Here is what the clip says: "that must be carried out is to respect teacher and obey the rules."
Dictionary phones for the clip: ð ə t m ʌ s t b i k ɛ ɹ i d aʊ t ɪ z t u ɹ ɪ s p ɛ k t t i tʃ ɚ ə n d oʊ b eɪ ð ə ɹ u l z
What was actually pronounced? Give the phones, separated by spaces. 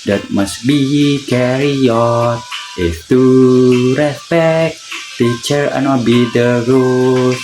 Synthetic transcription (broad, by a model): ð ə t m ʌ s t b i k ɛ ɹ i ɔ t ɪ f t u ɹ ɪ s p ɛ k t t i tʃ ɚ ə n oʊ b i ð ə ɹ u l